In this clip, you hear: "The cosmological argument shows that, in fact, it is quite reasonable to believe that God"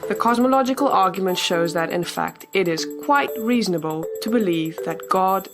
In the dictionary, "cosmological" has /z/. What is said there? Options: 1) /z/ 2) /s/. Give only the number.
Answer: 1